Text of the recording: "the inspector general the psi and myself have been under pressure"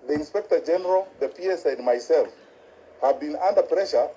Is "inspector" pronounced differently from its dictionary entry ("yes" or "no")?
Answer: no